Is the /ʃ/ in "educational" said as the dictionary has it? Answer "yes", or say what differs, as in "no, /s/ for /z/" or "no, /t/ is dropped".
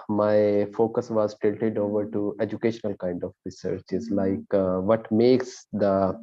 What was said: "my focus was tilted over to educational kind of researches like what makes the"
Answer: yes